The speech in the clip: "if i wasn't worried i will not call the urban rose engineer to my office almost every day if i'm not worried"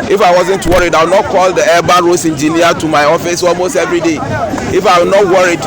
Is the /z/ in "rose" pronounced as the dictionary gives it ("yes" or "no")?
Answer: no